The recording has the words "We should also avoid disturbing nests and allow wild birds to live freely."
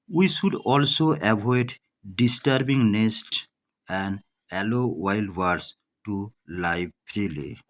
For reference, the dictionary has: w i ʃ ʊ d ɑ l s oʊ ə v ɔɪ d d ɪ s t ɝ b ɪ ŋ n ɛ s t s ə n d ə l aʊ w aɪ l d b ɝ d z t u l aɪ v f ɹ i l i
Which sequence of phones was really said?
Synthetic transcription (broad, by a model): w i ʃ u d ɑ l s oʊ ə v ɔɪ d d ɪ s t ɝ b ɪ ŋ n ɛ s t ə n d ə l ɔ w aɪ l d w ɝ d s t u l aɪ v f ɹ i l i